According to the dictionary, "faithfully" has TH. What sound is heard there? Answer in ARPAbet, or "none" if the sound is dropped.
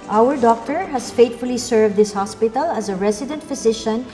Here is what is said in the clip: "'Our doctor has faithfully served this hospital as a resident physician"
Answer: T